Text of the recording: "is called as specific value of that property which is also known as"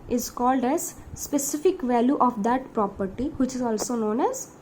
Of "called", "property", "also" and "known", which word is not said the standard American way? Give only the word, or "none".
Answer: none